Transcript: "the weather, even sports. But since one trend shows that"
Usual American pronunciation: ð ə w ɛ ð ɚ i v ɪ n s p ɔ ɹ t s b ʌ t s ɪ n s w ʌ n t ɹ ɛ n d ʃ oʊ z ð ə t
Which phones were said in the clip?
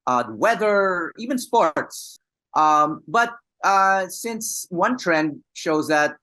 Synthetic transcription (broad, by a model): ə w ɛ ð ɚ i v ɪ n s p ɔ ɹ t s b ʌ t s ɪ n s w ʌ n t ɹ ɛ n d ʃ oʊ z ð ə t